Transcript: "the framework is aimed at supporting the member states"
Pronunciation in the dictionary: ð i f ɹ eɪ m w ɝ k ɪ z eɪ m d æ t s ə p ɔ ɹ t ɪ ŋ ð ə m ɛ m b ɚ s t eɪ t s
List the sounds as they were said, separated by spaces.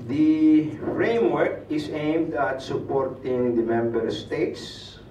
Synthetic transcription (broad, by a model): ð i f ɹ eɪ m w ɝ k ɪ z eɪ m d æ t s ə p ɔ ɹ t ɪ ŋ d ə m ɛ m b ɚ s t eɪ t s